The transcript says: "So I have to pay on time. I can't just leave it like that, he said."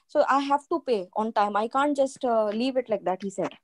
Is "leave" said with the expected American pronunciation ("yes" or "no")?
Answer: yes